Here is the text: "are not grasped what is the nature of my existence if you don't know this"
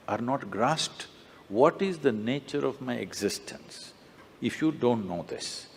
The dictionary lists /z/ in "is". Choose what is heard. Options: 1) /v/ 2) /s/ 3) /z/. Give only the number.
3